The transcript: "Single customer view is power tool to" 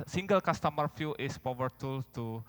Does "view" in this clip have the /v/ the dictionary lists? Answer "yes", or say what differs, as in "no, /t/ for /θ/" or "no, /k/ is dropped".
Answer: no, /f/ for /v/